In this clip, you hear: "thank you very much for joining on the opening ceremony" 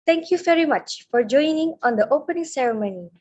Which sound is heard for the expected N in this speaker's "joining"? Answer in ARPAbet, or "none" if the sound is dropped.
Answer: N